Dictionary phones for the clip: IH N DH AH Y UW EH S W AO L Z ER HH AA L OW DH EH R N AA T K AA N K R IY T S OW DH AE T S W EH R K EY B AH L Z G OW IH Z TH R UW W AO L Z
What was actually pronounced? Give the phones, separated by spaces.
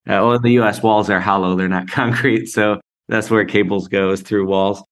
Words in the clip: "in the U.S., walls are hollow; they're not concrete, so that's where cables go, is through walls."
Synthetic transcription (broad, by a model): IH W DH AH Y UW EH S W AO L Z ER HH AA L OW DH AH R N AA T K AA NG K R IY T S OW DH AE T S W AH R K EY B L Z G OW IH Z TH R UW W AO L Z